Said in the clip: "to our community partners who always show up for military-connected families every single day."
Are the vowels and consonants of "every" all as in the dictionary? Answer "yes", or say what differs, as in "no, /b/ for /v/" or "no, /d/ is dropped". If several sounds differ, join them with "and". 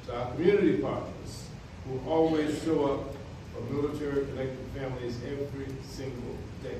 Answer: yes